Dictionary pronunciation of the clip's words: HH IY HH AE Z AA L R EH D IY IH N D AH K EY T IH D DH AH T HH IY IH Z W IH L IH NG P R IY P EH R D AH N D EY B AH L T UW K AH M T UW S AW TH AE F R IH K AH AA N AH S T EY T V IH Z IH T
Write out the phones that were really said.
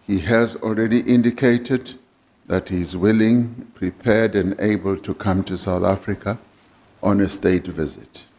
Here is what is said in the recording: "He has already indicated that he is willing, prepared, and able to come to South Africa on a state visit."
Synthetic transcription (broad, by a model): HH IY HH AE Z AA L R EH D IY IH N D AH K EY T IH D DH AH T HH IY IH Z W IH L IH NG P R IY P EH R D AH N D EY B AH L T UW K AH M T UW S AW TH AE F R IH K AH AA N AH S T EY T V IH Z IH T